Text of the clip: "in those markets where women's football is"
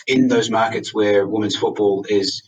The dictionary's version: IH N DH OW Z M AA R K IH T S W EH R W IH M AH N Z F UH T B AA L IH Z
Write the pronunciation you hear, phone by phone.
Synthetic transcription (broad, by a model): IH N DH OW Z M AA R K IH T S W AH R W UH M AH N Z F UH T B AA L IH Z